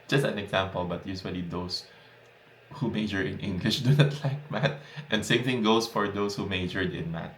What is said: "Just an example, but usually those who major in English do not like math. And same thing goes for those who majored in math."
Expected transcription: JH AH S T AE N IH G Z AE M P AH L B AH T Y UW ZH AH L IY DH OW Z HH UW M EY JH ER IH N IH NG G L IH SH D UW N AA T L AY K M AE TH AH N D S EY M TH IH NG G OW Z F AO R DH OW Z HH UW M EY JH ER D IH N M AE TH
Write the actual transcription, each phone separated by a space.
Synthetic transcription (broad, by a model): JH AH S T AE N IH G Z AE M P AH L B AH T Y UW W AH L IY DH OW S HH UW M EY JH ER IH N IH NG G L IH SH D UW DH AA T L AY K M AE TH AH N D S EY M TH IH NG G OW S F AO R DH OW S HH UW M EY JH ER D IH N M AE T